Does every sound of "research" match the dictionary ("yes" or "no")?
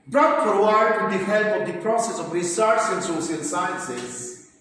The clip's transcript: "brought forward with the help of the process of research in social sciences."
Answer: no